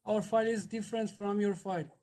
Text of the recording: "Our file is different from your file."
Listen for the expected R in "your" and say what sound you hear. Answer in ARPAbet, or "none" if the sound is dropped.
R